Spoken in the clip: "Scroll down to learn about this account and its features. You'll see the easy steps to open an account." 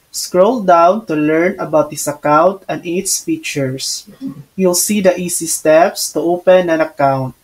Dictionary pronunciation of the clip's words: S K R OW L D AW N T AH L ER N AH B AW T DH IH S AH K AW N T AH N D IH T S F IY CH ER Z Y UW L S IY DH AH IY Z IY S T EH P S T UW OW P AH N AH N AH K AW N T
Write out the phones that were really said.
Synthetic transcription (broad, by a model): S K R OW L D AW N T AH L ER N AH B AW T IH S AH K AW N T AH N D IH T S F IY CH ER S Y UW L S IY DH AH IY S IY S T EH P S T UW OW P AH N AH N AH K AW N T